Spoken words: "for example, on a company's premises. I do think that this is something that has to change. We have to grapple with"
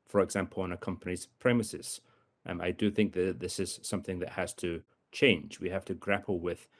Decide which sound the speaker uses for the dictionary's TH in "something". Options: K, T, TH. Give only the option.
TH